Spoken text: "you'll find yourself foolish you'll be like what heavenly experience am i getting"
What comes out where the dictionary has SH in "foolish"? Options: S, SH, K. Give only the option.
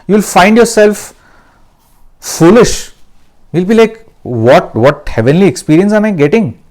SH